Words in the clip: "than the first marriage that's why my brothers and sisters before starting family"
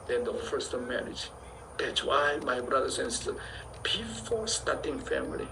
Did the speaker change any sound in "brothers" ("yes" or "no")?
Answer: yes